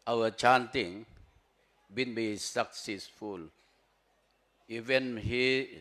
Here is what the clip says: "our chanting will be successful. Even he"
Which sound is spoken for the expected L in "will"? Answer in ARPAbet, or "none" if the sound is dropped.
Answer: N